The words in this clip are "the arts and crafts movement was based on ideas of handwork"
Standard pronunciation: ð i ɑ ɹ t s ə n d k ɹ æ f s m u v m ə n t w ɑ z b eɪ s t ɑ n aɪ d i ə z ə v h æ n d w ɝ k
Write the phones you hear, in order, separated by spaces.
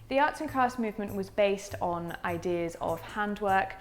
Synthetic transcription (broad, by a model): ð i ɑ t s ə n k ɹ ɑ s m u v m ə n t w ɑ z b eɪ s t n aɪ d i ə z ə v h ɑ n d w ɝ k